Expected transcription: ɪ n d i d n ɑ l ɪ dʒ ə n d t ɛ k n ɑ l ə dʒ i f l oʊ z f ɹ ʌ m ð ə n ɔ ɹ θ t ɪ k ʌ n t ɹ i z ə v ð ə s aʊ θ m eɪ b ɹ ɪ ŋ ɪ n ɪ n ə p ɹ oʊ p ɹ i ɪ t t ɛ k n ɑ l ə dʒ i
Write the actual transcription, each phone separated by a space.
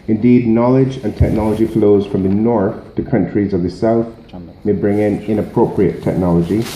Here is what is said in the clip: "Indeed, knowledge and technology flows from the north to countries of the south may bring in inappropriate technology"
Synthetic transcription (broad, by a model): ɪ n d i d n ɑ l ɪ dʒ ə n t ɛ k n ɑ l ə dʒ i f l oʊ z f ɹ ʌ m ð ə n ɔ ɹ θ t ɪ k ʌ n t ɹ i z ə v ð ə s aʊ θ m eɪ b ɹ ɪ ŋ ɪ n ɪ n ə p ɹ oʊ p ɹ i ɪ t t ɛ k n ɑ l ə dʒ i